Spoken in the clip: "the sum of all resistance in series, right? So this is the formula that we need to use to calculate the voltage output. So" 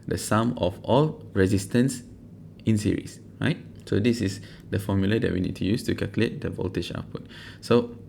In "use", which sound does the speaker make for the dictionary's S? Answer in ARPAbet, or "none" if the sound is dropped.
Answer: S